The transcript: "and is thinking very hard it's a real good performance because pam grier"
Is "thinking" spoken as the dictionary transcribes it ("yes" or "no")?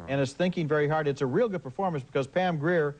yes